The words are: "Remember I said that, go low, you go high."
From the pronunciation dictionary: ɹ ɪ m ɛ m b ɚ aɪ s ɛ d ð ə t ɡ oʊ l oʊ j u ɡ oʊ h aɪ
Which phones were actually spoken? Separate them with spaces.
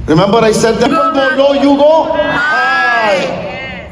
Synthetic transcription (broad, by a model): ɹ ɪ m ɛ m b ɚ aɪ s ɛ d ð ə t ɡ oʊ n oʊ j u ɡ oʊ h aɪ